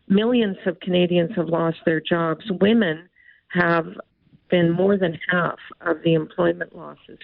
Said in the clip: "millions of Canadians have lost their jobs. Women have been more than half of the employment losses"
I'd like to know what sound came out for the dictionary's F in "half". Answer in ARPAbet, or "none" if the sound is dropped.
F